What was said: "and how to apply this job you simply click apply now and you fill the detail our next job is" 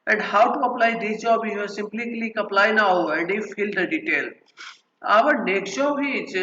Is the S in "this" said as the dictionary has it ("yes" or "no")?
no